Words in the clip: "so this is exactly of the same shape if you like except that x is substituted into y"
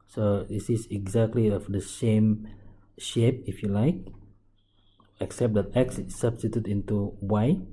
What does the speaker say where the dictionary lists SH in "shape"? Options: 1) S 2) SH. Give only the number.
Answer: 2